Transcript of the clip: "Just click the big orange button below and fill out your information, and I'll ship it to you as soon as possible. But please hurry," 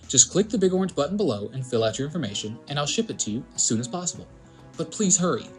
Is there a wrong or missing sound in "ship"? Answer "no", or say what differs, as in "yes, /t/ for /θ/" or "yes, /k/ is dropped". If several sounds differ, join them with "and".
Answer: no